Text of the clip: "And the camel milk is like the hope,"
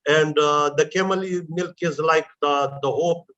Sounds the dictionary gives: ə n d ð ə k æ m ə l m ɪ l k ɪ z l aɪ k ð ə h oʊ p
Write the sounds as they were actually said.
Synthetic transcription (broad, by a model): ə n d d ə k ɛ m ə l m ɪ l k ɪ z l aɪ k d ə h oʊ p